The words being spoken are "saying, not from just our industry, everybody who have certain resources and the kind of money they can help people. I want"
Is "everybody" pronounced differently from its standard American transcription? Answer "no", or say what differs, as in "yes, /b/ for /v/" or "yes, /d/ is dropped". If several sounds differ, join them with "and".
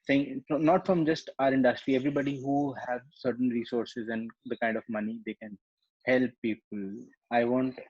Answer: no